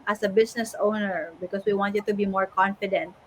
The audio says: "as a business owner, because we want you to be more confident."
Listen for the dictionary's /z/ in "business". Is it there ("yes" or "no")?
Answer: no